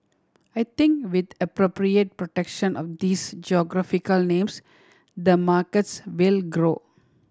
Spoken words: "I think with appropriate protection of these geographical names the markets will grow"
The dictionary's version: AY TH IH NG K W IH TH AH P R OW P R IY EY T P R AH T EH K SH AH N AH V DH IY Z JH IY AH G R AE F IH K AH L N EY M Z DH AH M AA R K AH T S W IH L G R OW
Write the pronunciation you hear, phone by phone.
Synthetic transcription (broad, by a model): AY T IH NG K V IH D AH P R OW P R IY EY T P R AH T EH K SH AH N AH V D IY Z JH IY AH G R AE F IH K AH L N EY M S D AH M AA R K AH T S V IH L G R OW